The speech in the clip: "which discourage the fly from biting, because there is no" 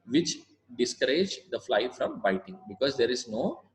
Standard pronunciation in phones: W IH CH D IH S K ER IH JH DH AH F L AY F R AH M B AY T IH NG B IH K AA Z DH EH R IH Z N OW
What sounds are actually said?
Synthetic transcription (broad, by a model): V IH CH D IH S K ER IH JH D AH F L AY F R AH M B AY T IH NG B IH K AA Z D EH R IH Z N OW